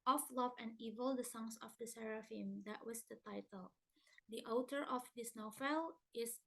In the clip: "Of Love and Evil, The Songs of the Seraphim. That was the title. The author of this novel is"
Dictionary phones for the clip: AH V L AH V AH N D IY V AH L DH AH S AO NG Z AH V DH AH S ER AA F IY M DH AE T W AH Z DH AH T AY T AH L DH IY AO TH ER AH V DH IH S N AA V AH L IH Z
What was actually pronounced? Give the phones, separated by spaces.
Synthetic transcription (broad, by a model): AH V L AH V AH N D IY V AH L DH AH S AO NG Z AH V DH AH S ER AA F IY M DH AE T W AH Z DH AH T AY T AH L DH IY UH T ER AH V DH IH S N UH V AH L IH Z